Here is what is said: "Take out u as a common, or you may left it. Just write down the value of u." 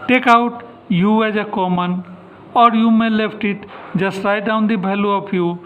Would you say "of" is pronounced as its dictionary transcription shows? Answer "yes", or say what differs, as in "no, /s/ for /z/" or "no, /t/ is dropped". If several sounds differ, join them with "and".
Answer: no, /p/ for /v/